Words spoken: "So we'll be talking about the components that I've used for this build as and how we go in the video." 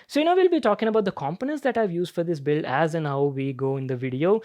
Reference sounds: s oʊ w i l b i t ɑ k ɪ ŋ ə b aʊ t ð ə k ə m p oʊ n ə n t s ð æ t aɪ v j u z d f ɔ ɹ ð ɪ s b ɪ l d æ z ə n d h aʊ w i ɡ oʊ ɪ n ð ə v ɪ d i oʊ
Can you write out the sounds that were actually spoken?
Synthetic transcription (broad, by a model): s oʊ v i l b i t ɑ k ɪ ŋ ə b aʊ t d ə k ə m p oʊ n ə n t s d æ t aɪ v j u z d f ɔ ɹ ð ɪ s b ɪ l æ z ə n h aʊ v i ɡ oʊ ɪ n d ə v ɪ d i oʊ